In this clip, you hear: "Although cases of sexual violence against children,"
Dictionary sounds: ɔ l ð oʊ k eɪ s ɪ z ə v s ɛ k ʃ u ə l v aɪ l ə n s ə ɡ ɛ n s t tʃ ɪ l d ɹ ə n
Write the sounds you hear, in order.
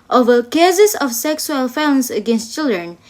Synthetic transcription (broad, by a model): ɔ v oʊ k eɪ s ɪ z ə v s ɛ k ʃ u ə l f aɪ ə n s ə ɡ ɛ n s t tʃ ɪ l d ɹ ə n